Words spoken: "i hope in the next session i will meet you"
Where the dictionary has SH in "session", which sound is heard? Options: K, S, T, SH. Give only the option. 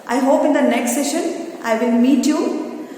SH